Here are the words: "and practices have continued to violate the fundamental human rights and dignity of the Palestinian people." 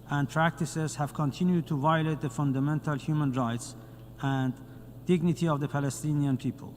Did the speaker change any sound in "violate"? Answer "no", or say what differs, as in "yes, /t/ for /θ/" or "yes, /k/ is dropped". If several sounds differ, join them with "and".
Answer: no